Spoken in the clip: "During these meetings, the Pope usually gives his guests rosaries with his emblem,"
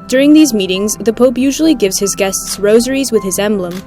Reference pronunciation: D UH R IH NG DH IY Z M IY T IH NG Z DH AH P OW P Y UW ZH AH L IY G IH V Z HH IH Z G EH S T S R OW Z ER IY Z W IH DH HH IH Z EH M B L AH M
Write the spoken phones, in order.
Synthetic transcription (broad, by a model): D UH R IH NG DH IY Z M IY T IH NG Z DH AH P OW P Y UW ZH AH L IY G IH V Z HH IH Z G EH S T S R OW Z ER IY Z W IH DH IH Z EH M B L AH M